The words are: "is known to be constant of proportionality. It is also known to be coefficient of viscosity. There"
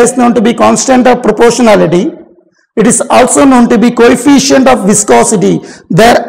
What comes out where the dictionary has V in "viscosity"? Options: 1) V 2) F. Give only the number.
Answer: 1